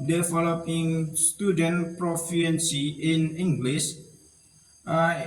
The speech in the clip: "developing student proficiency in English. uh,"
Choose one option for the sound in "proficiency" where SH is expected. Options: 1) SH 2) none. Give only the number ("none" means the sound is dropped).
2